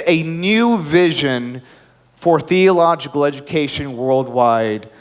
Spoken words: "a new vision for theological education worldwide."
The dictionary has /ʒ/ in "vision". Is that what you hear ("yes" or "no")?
yes